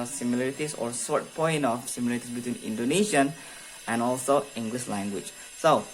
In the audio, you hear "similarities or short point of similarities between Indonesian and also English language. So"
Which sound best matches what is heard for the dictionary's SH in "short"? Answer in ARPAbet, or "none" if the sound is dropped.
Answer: S